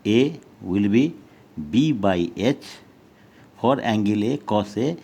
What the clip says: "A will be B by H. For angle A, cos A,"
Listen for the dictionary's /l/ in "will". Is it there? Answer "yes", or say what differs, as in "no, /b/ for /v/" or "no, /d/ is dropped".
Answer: yes